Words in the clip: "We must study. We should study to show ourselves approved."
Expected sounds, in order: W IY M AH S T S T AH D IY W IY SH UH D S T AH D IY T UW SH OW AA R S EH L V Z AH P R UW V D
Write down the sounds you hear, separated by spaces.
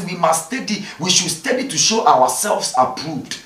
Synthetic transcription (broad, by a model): W IY M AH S S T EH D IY W IY SH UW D S T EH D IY T UW SH OW AA W S EH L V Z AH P R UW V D